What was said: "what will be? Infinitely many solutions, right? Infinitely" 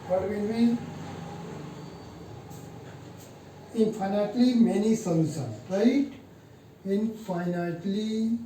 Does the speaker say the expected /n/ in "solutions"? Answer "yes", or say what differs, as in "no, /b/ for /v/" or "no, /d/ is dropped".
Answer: no, /n/ is dropped